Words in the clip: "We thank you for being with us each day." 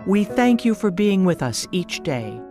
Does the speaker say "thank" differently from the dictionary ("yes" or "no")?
no